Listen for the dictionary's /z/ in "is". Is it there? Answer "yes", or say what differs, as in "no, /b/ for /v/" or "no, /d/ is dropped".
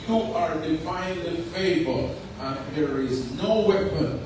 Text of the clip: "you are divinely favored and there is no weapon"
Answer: yes